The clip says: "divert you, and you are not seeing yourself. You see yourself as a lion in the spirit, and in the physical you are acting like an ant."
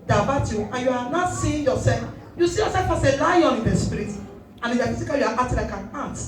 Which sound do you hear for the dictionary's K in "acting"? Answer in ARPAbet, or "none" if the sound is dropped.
none